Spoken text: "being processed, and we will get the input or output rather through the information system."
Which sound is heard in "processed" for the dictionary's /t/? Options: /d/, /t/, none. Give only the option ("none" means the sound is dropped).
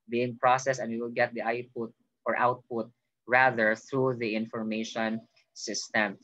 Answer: none